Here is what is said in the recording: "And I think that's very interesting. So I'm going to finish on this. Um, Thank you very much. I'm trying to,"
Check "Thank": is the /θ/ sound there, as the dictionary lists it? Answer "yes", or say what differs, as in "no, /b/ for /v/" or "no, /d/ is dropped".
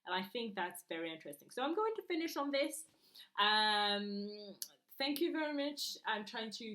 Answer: yes